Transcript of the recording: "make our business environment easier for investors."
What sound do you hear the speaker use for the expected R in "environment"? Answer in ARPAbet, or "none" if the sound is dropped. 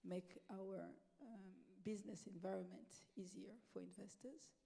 R